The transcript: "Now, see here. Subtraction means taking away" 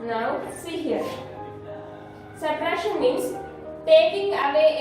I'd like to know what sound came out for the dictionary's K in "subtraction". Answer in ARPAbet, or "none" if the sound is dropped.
none